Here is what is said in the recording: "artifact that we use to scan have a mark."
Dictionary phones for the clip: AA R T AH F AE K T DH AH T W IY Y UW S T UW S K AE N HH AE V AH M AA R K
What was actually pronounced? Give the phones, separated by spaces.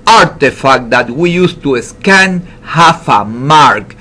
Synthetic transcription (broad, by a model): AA R T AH F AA K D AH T W IY Y UW S T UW S K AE N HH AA F AH M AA R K